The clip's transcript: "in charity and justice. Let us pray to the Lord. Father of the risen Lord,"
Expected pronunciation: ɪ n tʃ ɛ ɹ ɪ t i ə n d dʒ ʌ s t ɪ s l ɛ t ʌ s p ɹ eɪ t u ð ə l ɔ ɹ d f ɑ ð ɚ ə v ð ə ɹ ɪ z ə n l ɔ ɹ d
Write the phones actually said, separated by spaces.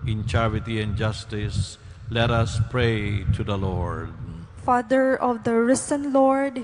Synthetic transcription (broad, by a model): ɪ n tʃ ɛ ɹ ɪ t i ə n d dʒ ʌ s t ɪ s l ɛ t ʌ s p ɹ eɪ t u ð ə l ɔ ɹ d f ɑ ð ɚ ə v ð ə ɹ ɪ s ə n l ɔ ɹ d